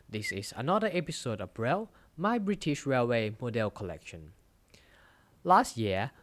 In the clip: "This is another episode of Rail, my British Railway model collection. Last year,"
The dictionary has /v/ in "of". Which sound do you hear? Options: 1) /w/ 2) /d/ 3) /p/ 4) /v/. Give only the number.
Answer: 3